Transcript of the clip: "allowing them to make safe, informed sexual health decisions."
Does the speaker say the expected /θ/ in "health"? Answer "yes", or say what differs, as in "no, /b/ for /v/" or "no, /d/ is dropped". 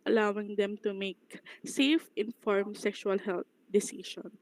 no, /t/ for /θ/